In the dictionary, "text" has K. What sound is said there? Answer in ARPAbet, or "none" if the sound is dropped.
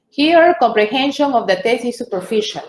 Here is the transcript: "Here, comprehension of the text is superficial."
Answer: none